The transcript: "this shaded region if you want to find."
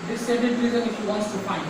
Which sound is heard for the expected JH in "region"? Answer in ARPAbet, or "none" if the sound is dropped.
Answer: Z